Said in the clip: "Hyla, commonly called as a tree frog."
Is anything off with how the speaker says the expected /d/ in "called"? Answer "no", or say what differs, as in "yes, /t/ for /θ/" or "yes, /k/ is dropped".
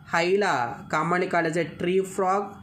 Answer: yes, /d/ is dropped